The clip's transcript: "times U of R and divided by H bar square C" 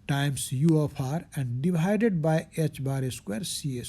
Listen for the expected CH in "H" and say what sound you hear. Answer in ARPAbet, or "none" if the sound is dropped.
CH